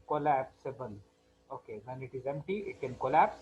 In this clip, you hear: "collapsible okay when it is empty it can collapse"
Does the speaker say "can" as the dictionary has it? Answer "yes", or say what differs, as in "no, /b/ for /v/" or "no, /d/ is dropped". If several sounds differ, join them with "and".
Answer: yes